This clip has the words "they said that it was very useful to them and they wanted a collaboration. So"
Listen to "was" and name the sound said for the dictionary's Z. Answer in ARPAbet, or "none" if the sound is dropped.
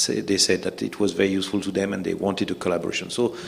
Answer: Z